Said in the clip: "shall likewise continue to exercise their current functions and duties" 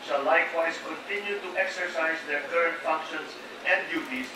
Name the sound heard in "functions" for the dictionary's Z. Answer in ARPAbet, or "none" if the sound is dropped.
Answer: S